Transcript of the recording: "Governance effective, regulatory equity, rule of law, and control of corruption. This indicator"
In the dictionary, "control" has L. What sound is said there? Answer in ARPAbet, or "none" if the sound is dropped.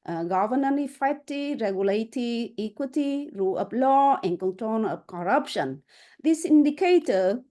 N